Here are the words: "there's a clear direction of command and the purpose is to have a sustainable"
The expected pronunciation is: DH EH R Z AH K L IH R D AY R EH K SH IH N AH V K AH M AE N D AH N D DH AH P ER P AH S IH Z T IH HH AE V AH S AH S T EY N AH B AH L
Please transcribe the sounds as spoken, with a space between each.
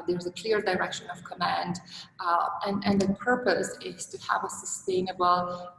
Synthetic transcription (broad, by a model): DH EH R Z AH K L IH R D AY R EH K SH IH N AH V K AH M AE N D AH N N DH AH P ER P AH S IH Z T IH HH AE V AH S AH S T EY N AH B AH L